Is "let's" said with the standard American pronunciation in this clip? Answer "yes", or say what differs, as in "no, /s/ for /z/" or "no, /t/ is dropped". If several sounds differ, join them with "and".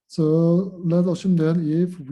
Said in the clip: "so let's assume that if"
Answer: no, /s/ is dropped